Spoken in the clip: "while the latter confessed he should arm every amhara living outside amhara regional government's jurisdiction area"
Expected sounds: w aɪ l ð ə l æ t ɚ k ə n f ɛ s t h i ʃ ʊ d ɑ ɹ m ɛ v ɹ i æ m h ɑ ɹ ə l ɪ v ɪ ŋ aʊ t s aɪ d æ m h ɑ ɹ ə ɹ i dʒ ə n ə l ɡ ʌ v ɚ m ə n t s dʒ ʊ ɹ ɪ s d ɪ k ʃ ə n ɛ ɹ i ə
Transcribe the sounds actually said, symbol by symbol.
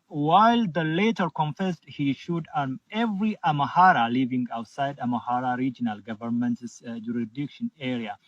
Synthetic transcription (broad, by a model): w aɪ l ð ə l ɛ t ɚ k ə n f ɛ s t h i ʃ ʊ d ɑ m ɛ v ɹ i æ m h ɑ ɹ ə l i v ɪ ŋ aʊ t s aɪ d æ m h ɑ ɹ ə ɹ i dʒ ə n ə l ɡ ʌ v ɚ m ə n t s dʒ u ɹ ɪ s d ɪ k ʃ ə n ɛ ɹ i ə